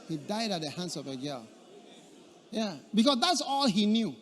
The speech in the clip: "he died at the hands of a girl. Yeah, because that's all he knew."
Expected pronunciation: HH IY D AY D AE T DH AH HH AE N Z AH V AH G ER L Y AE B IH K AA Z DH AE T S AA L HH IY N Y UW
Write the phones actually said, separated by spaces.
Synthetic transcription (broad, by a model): HH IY D AY D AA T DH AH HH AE N S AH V AH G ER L Y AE B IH K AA S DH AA T S AA L HH IY N Y UW